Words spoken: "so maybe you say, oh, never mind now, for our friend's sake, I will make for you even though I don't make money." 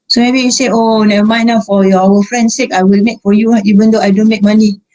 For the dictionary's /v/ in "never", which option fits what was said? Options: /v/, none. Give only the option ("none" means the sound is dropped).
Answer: none